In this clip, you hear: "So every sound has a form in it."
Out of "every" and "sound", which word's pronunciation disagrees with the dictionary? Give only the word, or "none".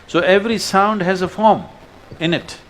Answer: none